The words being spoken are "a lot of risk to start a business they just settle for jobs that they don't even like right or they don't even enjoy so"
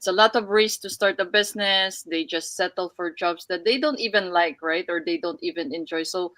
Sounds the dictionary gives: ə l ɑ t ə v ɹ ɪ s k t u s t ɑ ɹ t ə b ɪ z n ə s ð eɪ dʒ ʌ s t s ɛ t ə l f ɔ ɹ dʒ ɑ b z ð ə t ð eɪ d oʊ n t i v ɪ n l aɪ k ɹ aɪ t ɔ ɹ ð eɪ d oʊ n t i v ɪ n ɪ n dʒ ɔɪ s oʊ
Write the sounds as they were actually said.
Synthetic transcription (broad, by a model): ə l ɑ t ə v ɹ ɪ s t u s t ɑ ɹ t ə b ɪ s n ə s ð eɪ dʒ ʌ s t s ɛ t ə l f ɔ ɹ dʒ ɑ b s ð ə t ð eɪ d oʊ n t i v ɪ n l aɪ k ɹ aɪ t ɔ ɹ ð eɪ d oʊ n t i v ɪ n ɪ n dʒ ɔɪ s oʊ